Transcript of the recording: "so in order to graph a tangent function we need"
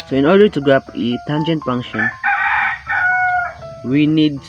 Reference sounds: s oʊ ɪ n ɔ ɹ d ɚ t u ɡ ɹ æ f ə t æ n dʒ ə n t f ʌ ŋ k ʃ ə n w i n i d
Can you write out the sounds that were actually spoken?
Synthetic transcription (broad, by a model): s oʊ ɪ n ɔ ɹ d ɚ t u ɡ ɹ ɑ p ə t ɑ n dʒ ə n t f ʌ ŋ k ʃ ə n w i n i d